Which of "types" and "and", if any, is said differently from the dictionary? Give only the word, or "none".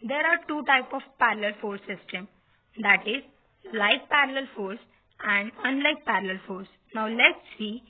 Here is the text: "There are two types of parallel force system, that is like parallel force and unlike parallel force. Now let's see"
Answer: types